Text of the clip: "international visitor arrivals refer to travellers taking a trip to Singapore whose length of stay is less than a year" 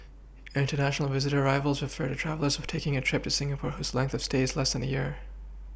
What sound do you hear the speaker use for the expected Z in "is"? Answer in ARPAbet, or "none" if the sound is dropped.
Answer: Z